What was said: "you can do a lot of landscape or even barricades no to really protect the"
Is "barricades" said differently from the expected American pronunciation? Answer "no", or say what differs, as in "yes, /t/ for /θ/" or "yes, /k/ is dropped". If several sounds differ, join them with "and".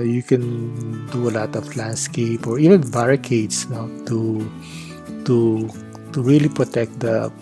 yes, /s/ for /z/